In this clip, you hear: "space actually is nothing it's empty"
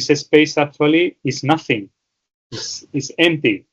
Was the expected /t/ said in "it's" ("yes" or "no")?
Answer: no